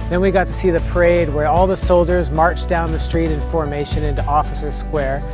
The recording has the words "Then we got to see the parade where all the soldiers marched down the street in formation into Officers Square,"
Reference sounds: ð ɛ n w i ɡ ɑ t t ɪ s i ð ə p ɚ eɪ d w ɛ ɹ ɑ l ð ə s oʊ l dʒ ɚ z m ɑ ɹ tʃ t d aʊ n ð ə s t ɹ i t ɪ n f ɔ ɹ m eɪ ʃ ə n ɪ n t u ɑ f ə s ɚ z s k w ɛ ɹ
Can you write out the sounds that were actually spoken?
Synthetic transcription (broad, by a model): ð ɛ n w i ɡ ɑ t t ɪ s i ð ə p ɚ eɪ d w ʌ ɹ ɑ l ð ə s oʊ l dʒ ɚ z m ɑ ɹ tʃ d aʊ n ð ə s t ɹ i t ɪ n f ɔ ɹ m eɪ ʃ ə n ɪ n t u ɑ f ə s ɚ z s k w ɛ ɹ